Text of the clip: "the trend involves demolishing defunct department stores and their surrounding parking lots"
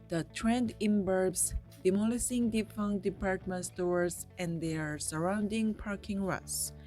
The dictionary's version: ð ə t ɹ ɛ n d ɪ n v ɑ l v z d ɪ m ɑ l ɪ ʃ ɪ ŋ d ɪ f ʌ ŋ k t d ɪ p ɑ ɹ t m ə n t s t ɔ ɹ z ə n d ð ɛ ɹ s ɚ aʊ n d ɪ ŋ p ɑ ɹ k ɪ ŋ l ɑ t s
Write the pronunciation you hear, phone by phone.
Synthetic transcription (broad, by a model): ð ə t ɹ ɛ n d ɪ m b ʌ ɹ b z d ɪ m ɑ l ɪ s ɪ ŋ d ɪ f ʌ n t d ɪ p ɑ ɹ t m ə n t s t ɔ ɹ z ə n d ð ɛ ɹ s ɚ aʊ n d ɪ ŋ p ɑ ɹ k ɪ ŋ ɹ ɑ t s